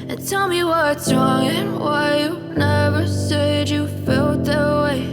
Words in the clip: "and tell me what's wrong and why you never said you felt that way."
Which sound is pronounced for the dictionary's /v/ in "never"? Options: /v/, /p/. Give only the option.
/v/